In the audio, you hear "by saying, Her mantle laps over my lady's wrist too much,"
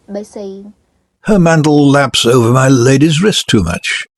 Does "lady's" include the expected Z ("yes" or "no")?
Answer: yes